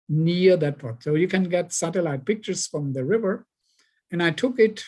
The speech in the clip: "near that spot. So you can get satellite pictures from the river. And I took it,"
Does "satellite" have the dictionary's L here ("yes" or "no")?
yes